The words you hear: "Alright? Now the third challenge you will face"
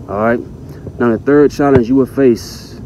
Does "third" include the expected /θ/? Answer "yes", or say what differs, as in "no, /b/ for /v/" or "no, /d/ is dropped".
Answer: yes